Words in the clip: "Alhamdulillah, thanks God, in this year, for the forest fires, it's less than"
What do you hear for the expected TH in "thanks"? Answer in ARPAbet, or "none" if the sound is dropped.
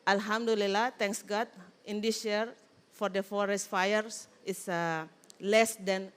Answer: T